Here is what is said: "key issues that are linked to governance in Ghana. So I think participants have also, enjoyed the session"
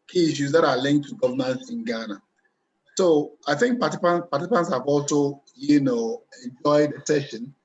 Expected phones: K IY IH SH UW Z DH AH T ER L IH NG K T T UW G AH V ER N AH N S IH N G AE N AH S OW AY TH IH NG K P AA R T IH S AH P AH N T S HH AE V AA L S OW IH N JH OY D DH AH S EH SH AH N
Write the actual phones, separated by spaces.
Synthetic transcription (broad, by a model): K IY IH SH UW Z DH AH T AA L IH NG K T T UW G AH V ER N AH N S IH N G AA N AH S OW AY TH IH NG K P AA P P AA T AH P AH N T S HH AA V AA L S OW IH N JH OY D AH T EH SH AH N